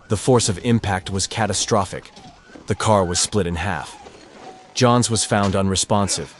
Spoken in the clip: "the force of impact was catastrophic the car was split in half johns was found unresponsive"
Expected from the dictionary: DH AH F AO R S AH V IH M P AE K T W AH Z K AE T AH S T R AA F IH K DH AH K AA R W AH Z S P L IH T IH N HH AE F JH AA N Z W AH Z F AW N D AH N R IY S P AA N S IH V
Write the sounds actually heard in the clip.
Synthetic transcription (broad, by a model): DH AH F AO R S AH V IH M P AE K T W AH Z K AE T AH S T R AA F IH K DH AH K AA R W AH Z S P L IH T IH N HH AE F JH AA N Z W AH Z F AW N D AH N R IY S P AA N S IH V